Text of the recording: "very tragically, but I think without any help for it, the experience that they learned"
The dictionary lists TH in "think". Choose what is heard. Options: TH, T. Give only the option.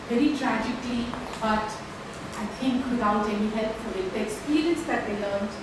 T